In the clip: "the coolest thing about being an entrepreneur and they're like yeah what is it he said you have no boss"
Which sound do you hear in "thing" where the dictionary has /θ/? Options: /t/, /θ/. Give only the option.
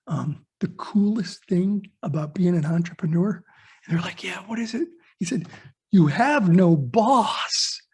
/θ/